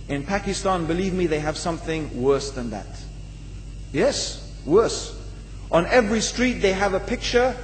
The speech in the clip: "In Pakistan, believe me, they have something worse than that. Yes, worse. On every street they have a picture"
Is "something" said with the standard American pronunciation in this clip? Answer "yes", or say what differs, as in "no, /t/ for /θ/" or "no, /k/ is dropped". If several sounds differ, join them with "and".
yes